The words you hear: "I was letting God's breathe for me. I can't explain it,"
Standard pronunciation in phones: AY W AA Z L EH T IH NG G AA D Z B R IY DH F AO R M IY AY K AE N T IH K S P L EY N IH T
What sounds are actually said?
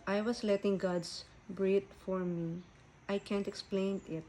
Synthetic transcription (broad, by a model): AY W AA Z L EH T IH NG G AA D S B R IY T F AO R M IY AY K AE N T IH K S P L EY N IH T